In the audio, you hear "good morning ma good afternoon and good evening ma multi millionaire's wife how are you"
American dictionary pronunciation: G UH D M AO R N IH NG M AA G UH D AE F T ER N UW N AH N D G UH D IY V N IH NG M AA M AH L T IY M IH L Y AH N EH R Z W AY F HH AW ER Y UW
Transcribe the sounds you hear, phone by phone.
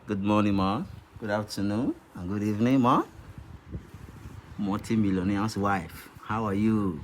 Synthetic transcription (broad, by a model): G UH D M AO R N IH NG M AA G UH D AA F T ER N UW AH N G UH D IY V N IH NG M AA M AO T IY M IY L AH N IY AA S W AY F HH AW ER Y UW